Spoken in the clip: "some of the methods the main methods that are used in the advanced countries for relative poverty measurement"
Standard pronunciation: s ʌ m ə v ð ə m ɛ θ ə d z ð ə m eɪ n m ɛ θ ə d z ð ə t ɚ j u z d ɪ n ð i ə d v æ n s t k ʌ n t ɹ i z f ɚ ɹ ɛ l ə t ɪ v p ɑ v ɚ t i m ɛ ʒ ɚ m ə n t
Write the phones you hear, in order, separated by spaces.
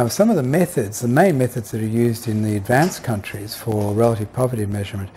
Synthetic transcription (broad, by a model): s ʌ m ə v ð ə m ɛ θ ə d z ð ə m eɪ n m ɛ θ ə d z ð ə t ɚ j u z d ɪ n ð i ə d v æ n s k ʌ n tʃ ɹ i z f ɚ ɹ ɛ l ə t ɪ v p ɑ v ɚ t i m ɛ ʒ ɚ m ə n t